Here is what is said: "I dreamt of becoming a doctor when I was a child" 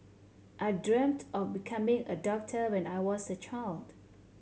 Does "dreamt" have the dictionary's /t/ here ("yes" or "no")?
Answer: yes